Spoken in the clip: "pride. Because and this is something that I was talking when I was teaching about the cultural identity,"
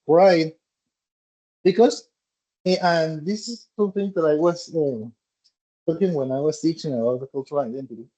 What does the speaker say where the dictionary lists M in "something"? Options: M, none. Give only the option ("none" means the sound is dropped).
none